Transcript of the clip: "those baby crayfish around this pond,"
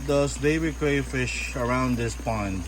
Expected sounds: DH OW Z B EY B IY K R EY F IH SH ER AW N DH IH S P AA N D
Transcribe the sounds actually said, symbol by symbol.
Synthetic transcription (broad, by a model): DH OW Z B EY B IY K R EY F IH SH ER AW N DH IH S P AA N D